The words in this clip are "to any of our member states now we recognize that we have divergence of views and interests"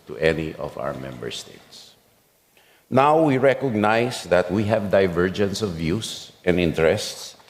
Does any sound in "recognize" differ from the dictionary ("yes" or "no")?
yes